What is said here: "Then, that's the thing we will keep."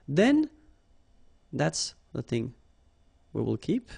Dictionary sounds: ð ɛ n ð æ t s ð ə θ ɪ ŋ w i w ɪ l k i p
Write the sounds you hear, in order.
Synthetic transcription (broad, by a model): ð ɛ n ð æ t s ð ə θ ɪ ŋ w i w ɪ l k i p